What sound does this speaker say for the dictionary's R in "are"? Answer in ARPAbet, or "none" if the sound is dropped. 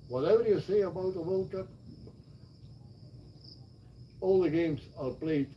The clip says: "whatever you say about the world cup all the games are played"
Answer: L